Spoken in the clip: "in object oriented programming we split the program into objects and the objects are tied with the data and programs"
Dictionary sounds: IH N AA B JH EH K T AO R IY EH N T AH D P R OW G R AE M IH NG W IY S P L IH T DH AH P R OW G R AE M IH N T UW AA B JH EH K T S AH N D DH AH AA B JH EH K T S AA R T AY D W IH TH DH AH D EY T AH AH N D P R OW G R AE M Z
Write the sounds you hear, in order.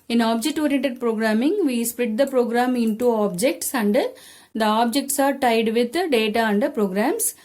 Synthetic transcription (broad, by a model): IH N AA B JH EH K T AO R IY EH N T AH D P R OW G R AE M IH NG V IY S P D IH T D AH P R OW G R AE M IH N T UW AA B JH EH K T S AH N D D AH AA B JH EH K T S AA R T AY D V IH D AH D EY T AH AH N D P R OW G R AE M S